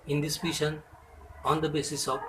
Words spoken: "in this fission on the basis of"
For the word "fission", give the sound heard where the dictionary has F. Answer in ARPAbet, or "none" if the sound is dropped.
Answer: P